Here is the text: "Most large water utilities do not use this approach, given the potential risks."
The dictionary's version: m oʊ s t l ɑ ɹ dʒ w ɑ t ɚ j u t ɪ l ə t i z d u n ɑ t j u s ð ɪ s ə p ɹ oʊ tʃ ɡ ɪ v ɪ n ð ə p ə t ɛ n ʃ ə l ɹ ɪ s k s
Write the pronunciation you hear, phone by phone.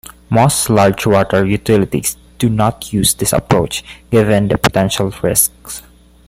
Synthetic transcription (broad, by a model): m oʊ s t l ɑ ɹ dʒ w ɑ t ɚ j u t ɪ l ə t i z d u n ɑ t j u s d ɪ s ə p ɹ oʊ tʃ ɡ ɪ v ɪ n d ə p ə t ɛ n ʃ ə l ɹ ɪ s k s